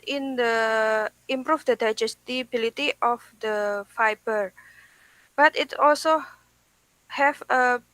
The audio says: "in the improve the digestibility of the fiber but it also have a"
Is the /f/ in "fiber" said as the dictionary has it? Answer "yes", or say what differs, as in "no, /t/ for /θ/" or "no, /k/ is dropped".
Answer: yes